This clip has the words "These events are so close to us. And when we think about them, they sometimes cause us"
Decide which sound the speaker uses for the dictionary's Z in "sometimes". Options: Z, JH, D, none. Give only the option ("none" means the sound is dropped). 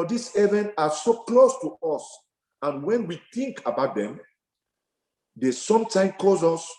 none